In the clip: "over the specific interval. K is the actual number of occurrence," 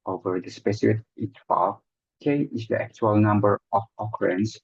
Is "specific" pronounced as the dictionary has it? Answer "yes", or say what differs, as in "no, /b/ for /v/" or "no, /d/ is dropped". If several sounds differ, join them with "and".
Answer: no, /f/ is dropped